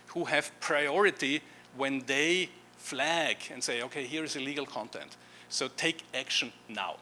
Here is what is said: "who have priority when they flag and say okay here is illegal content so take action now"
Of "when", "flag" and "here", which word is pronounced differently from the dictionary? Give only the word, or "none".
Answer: none